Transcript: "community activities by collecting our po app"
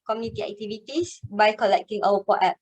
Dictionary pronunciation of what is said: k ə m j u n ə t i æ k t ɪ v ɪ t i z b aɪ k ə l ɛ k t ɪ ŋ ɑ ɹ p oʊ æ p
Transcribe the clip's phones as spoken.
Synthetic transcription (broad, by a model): k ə m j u n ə t i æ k t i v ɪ t i s b aɪ k ə l ɛ k t ɪ ŋ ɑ w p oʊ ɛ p